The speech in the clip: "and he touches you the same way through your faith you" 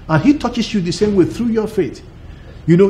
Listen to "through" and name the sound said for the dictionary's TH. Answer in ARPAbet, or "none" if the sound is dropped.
TH